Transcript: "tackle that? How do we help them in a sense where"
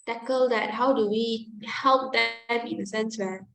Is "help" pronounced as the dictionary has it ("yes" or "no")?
yes